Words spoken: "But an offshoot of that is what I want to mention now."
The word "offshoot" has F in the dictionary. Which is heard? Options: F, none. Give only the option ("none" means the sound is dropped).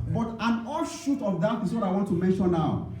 none